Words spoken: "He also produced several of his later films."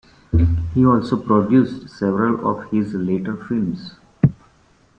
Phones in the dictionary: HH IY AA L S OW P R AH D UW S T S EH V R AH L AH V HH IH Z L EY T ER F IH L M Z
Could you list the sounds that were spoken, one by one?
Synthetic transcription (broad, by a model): HH IY AA L S OW P R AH D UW S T S EH V R AH L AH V HH IH Z L EY T ER F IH L M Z